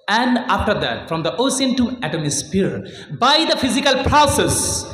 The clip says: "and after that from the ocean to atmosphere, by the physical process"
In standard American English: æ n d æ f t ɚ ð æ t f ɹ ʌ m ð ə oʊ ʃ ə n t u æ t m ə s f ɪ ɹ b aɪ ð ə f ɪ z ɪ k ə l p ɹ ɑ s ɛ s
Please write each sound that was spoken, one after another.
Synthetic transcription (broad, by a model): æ n d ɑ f t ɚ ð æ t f ɹ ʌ m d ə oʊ s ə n t u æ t m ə s p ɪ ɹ b aɪ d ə f ɪ z ɪ k ə l p ɹ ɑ s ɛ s